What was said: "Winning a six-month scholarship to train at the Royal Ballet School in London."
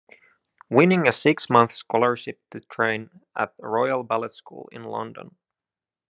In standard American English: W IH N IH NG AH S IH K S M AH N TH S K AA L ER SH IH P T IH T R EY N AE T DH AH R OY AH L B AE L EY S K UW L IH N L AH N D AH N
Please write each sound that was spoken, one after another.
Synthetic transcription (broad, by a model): W IH N IH NG AH S IH K S M AH N TH S K AA L ER SH IH P T IH T R EY N T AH R OY AH L B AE L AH S K UW L IH N L AH N D AH N